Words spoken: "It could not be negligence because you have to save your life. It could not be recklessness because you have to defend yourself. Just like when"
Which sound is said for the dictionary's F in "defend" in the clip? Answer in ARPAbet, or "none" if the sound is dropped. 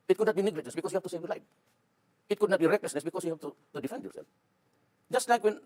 F